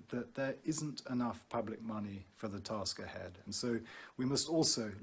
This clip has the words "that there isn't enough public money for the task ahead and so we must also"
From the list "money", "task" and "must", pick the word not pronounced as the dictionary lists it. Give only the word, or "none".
none